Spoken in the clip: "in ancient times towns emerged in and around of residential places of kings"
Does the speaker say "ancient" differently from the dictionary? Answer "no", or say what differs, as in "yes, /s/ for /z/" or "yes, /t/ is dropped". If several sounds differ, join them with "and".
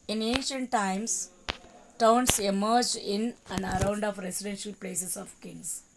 no